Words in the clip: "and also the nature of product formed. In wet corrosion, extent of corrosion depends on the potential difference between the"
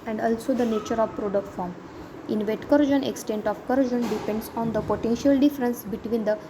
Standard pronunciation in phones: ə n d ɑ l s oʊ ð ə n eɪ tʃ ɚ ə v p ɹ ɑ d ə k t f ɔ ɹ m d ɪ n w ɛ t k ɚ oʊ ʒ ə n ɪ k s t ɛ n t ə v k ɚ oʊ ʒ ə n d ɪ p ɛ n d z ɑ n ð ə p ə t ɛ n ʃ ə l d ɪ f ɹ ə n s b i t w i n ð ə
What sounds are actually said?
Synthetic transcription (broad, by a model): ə n d ɑ l s oʊ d ə n eɪ tʃ ɚ ə v p ɹ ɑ d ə k t f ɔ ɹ m ɪ n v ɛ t k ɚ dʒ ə n ɪ k s t ɛ n t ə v k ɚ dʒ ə n d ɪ p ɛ n d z ɑ n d ə p ə t ɛ n ʃ ə l d ɪ f ɹ ə n s b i t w i n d ə